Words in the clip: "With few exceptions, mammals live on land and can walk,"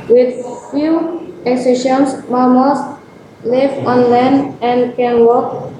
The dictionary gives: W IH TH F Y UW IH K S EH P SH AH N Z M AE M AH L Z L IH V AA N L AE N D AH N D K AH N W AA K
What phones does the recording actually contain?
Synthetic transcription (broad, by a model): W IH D F Y UW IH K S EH SH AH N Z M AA M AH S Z L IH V AA N L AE N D AH N D K AH N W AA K